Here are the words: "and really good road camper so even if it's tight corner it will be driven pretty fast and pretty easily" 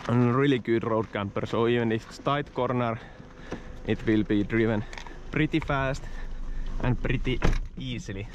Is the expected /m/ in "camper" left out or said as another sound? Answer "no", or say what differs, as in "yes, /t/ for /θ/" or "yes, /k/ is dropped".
no